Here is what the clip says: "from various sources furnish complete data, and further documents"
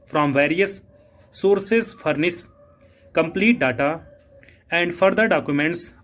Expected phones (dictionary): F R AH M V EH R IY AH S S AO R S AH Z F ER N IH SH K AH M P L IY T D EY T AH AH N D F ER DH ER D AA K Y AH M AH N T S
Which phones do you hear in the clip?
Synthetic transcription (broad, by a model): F R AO M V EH R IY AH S S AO R S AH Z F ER N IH S K AH M P L IY T D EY T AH AH N D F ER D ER D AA K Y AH M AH N T S